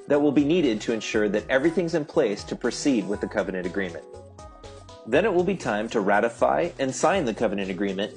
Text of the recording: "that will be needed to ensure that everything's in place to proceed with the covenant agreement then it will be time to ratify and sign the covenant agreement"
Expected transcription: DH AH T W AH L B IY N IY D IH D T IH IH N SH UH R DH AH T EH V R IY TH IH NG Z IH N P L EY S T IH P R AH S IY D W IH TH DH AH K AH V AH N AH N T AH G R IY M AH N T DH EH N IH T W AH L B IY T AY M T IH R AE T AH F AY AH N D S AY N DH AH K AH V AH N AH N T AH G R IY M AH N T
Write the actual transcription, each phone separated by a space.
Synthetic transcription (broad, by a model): DH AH T W AH L B IY N IY D IH D T IH IH N SH UH R DH AH T EH V R IY TH IH NG Z IH N P L EY S T IH P R AH S IY D W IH DH AH K AH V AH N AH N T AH G R IY M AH N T DH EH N IH T W AH L B IY T AY M T IH R AE T AH F AY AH N S AY N DH AH K AH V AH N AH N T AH G R IY M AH N T